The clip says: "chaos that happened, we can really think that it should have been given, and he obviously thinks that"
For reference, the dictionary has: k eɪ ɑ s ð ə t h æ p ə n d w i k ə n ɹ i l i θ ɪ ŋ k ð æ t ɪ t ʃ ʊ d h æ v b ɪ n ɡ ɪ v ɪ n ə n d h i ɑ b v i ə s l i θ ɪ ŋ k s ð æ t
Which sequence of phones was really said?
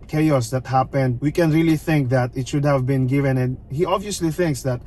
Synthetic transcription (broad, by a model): k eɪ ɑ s ð ə t h æ p ə n d w i k ə n ɹ i l i θ ɪ ŋ k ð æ t ɪ t ʃ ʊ d h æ v b ɪ n ɡ ɪ v ɪ n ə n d h i ɑ b v i ə s l i θ ɪ ŋ k s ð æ t